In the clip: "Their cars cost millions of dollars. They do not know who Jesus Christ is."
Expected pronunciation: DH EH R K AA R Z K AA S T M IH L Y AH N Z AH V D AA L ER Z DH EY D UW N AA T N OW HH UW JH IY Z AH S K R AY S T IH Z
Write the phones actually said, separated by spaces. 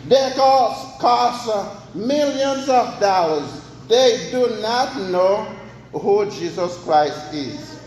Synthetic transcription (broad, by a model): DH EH K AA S K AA S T M IH L Y AH N Z AH V D AA L ER Z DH EY D UW N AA T N OW HH UW JH IY Z AH S K R AY S T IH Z